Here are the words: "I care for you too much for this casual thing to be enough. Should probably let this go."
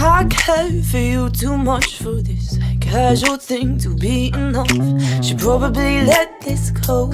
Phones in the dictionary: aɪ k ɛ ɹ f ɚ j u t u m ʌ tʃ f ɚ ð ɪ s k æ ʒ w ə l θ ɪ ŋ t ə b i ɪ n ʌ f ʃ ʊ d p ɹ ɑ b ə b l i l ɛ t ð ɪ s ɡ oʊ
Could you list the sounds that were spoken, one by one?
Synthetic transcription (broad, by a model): aɪ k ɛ f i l t u m ʌ tʃ f ɚ ð ɪ s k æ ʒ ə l θ ɪ ŋ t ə b i ɪ n ʌ f ʃ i p ɹ ɑ b ə b l i l ɛ t ð ɪ s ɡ oʊ